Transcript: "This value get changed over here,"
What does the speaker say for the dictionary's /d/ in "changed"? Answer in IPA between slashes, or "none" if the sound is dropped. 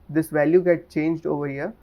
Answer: /d/